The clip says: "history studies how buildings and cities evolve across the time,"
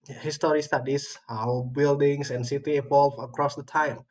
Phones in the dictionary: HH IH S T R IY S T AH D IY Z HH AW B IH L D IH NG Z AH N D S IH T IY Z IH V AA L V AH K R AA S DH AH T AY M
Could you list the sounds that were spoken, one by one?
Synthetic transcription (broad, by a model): HH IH S T R IY S T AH D IY S HH AW B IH L D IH NG S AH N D S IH T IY IH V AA L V AH K R AA S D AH T AY M